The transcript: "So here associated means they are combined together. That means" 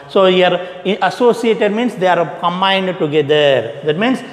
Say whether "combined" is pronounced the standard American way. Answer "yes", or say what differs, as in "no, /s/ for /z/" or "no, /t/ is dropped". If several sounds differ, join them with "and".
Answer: yes